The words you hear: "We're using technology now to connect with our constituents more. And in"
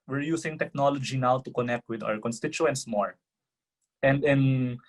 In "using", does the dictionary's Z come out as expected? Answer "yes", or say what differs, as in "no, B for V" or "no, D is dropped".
no, S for Z